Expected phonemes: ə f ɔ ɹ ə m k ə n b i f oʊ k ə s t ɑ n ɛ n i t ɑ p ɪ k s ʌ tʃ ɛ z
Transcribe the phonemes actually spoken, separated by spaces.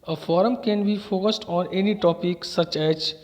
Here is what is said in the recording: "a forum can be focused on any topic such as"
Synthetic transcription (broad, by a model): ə f ɔ ɹ ə m k ə n b i f oʊ k ə s t ɑ n ɛ n i t ɑ p ɪ k s ʌ tʃ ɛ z